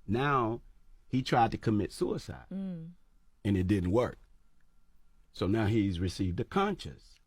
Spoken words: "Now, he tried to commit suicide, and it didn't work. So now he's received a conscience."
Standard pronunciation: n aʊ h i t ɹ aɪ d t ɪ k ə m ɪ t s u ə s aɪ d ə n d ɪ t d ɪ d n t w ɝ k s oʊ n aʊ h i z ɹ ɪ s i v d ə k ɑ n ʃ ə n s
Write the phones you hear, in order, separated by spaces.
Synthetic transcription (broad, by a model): n aʊ h i t ɹ aɪ d t ɪ k ə m ɪ t s u ə s aɪ d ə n ɪ t d ɪ d n t w ɝ k s oʊ n aʊ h i z ɹ ɪ s i v d ə k ɑ n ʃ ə n s